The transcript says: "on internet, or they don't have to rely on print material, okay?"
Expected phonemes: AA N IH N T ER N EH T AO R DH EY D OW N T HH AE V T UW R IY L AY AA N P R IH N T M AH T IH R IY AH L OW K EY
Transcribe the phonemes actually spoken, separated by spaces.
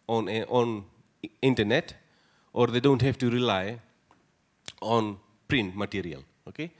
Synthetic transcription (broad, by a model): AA N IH N T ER N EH T AO R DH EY D OW N T HH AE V T UW R IY L AY AA N P R IH N T M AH T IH R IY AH L OW K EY